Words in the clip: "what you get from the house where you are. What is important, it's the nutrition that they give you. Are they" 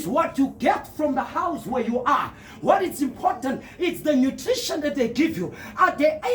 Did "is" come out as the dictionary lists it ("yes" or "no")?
no